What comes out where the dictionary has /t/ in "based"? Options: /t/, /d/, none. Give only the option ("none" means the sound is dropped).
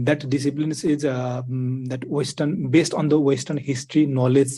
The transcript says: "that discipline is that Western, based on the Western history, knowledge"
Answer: /t/